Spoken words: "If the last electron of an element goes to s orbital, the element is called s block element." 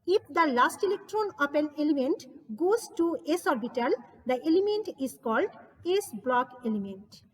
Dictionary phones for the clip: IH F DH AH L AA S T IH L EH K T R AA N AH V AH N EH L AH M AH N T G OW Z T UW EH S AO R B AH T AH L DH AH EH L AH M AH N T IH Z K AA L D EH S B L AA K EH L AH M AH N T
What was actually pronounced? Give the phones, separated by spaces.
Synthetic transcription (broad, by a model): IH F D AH L AA S T IH L EH K T R AA N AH P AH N EH L AH M AH N T G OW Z T UW EH S AO R B AH T AH L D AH EH L AH M AH N T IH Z K AA L D EH S B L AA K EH L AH M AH N T